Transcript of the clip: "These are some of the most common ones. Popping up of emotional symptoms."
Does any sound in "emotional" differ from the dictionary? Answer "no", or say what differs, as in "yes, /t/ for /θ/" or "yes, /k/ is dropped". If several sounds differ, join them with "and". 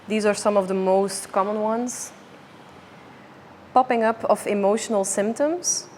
no